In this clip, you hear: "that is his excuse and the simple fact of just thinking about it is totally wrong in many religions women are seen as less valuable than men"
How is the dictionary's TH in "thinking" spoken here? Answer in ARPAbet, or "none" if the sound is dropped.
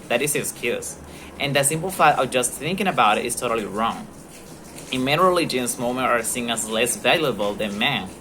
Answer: TH